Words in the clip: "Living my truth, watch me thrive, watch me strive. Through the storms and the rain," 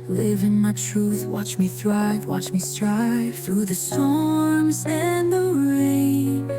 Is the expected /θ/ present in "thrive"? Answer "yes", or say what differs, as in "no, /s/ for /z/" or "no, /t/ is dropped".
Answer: yes